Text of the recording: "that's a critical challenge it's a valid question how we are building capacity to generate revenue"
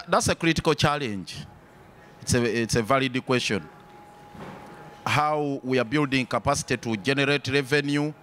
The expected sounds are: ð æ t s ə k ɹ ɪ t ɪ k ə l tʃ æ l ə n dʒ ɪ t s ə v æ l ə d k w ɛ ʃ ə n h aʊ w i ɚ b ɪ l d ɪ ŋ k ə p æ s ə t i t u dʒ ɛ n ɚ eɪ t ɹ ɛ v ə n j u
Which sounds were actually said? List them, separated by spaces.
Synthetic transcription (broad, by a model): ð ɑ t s ə k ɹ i t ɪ k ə l tʃ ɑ l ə n dʒ ɪ t s ə v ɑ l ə d k w ɛ ʃ ə n h aʊ w i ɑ b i l d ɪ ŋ k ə p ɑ s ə t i t u dʒ ɛ n ɚ eɪ t ɹ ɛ v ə n j u